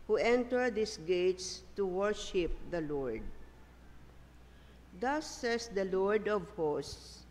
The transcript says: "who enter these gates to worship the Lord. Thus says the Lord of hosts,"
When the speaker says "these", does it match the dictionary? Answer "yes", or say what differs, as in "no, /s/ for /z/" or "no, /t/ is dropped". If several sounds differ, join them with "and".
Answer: no, /s/ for /z/